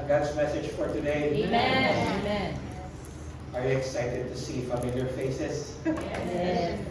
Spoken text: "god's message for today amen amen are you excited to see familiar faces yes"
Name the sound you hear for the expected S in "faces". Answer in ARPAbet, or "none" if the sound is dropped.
none